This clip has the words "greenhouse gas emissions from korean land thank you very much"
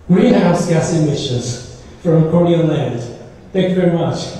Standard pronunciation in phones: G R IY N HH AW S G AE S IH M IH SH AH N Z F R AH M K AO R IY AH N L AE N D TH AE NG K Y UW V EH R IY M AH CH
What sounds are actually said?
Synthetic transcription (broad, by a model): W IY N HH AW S G AE S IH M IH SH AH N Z F R AH M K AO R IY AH L AE N D TH AE NG K Y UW V EH R IY M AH CH